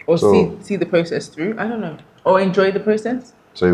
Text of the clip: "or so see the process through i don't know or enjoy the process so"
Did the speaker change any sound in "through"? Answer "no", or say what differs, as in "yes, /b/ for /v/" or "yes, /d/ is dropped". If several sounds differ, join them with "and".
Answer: no